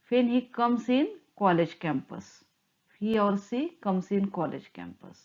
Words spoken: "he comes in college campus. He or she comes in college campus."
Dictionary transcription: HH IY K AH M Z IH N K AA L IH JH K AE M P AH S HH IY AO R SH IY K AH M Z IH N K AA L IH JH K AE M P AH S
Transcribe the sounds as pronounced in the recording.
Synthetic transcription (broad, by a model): HH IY K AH M S IH N K AA L IH JH K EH M P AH S HH IY AO R S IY K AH M S IH N K AA L IH JH K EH M P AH S